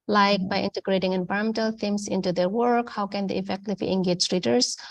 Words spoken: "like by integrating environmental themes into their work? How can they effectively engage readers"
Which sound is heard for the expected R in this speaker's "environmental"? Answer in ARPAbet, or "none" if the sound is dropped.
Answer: none